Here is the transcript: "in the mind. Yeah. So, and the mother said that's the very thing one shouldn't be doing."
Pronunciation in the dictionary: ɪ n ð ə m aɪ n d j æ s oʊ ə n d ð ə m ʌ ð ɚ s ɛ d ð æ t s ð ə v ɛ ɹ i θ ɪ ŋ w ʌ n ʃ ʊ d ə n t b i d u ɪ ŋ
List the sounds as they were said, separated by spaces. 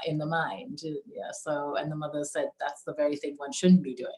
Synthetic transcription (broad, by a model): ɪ n ð ə m aɪ n d j æ s oʊ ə n ð ə m ʌ ð ɚ s ɛ d ð æ t s ð ə v ɛ ɹ i θ ɪ ŋ w ʌ n ʃ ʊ d n b i d u ɪ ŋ